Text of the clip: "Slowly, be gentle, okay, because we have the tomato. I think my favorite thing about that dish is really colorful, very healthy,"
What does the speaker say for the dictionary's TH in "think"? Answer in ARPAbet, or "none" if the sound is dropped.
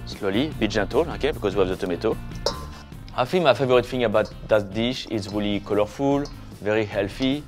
F